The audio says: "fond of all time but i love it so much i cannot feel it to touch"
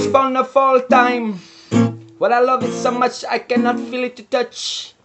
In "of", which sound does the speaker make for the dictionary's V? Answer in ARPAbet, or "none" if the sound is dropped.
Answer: F